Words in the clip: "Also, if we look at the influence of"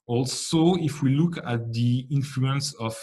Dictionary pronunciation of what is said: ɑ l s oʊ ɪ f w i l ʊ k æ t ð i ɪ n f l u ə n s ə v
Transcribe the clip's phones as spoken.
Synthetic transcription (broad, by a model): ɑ l s oʊ ɪ f w i l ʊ k æ t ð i ɪ n f l u ə n s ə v